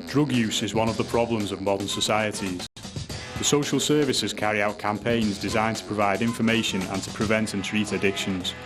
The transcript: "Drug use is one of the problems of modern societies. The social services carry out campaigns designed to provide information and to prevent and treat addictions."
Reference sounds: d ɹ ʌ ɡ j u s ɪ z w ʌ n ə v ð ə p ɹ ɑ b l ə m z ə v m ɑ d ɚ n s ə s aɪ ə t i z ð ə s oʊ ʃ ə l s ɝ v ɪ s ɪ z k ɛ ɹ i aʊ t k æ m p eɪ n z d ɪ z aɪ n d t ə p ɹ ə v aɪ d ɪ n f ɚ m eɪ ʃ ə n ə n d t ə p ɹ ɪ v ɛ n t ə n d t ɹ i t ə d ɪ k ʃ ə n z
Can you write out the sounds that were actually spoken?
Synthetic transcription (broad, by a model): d ɹ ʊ ɡ j u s ɪ z w ʌ n ə v ð ə p ɹ ɑ b l ə m z ə v m ɑ d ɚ n s ə s aɪ ə t i z ð ə s oʊ ʃ ə l s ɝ v ɪ s ɪ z k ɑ ɹ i aʊ t k æ m p eɪ n z d ɪ z aɪ n t ə p ɹ ə v aɪ d ɪ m f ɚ m eɪ ʃ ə n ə n t ə p ɹ ɪ v ɛ n t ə n t ɹ i t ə d ɪ k ʃ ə n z